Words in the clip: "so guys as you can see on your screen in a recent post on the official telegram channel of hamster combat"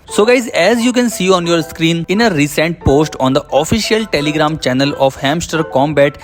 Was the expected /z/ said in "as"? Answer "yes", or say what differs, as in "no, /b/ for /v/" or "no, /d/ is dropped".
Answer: yes